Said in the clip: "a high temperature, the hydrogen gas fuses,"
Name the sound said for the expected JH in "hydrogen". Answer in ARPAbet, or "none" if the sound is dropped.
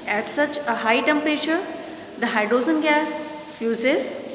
Z